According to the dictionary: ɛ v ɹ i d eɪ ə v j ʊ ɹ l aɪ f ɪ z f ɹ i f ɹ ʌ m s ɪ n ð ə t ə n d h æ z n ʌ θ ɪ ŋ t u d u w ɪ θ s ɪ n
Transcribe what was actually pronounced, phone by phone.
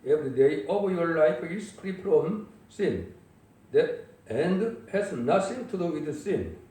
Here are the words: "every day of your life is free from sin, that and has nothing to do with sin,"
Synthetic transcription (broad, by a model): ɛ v ɹ i d eɪ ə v j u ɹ l aɪ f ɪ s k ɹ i p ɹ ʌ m s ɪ n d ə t ə n d h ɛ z n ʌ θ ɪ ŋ t u d u w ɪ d s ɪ n